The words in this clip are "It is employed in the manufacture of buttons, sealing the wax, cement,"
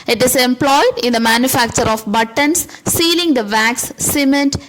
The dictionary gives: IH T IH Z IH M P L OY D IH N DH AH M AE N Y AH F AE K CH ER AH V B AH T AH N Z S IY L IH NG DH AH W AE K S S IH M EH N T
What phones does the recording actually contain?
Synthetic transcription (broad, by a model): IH T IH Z IH M P L OY D IH N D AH M AE N Y AH F AE K CH ER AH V B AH T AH N S IY L IH NG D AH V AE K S S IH M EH N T